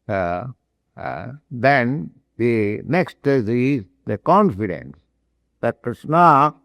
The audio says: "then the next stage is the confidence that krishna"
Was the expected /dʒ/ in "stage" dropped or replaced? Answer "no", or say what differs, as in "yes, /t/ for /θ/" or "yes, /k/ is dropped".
yes, /z/ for /dʒ/